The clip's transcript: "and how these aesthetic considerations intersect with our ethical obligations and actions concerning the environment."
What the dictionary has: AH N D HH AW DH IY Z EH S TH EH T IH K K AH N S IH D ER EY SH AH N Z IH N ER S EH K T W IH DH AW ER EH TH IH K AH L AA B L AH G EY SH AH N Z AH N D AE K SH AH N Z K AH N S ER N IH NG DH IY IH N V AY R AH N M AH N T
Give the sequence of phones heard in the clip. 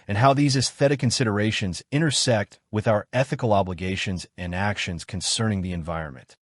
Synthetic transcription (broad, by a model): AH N HH AW DH IY Z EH S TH EH T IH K K AH N S IH D ER EY SH AH N Z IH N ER S EH K T W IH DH AW ER EH TH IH K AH L AA B L AH G EY SH AH N Z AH N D AE K SH AH N Z K AH N S ER N IH NG DH IY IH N V AY R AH N M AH N T